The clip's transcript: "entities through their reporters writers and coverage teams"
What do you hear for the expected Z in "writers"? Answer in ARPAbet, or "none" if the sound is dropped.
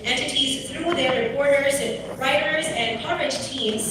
Z